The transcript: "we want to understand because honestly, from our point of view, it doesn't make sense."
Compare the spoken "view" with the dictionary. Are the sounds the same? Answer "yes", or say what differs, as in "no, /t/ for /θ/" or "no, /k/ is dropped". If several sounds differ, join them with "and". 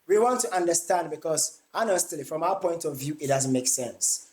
yes